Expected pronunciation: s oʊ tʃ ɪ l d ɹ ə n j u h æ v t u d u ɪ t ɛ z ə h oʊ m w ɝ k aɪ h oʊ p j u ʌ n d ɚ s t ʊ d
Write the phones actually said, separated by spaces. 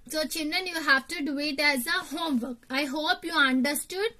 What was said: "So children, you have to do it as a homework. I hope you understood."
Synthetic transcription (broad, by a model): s oʊ tʃ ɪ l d ə n j u h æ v t u d u ɪ t ɛ z ə h oʊ m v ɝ k aɪ h oʊ p j u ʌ n d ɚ s t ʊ d